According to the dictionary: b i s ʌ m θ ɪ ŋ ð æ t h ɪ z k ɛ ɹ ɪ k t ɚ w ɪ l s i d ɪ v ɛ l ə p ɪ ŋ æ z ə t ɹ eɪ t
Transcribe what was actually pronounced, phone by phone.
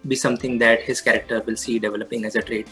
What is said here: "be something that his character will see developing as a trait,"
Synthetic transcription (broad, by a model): b i s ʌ m t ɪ ŋ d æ t h ɪ z k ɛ ɹ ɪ k t ɚ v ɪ l s i d ɪ v ɛ l ə p ɪ ŋ æ z ə t ɹ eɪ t